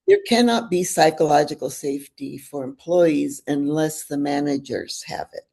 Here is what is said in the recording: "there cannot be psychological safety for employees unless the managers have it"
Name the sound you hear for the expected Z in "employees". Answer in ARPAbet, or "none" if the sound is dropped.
Z